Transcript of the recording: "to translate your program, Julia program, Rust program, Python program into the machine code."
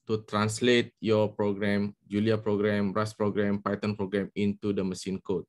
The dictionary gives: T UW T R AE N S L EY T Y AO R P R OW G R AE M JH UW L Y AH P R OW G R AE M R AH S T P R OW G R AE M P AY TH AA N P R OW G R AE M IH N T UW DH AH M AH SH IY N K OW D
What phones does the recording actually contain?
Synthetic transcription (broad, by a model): T UW T R AE N S L EY T Y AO P R OW G R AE M JH UW L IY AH P R OW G R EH M R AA S P R OW G R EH M P AY T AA N P R OW G R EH M IH N T UW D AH M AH S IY N K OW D